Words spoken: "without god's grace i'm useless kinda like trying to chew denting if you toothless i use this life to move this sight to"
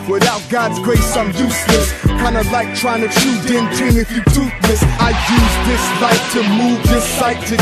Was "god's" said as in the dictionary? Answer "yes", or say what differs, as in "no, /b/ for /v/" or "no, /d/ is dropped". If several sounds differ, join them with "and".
yes